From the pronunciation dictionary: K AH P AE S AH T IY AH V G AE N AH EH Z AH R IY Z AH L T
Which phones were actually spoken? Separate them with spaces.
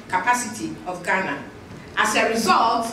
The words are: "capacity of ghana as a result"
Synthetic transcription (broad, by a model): K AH P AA S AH T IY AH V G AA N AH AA S AH R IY Z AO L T